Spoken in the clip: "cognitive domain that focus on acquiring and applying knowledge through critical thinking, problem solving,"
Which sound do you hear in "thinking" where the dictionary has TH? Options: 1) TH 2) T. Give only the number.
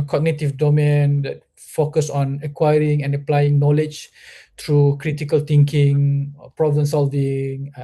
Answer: 2